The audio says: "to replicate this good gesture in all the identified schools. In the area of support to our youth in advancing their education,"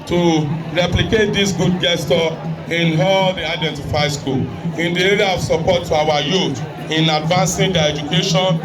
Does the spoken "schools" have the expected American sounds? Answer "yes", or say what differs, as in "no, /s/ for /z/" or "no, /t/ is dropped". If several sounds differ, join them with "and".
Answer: no, /z/ is dropped